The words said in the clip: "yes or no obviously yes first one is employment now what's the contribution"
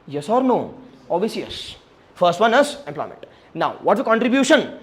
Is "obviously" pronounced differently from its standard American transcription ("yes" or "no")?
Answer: yes